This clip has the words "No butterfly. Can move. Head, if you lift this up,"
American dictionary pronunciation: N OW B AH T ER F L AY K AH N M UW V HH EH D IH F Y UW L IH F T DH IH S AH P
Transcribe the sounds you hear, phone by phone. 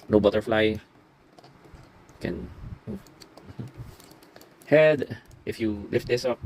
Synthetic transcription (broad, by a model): N OW B AH T ER F L AY K AH N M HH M HH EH D IH F Y UW L IH F T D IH S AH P